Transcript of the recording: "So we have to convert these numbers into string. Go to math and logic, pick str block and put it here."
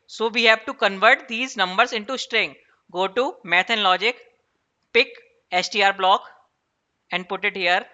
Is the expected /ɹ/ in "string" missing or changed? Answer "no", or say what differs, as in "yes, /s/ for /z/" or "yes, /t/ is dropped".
no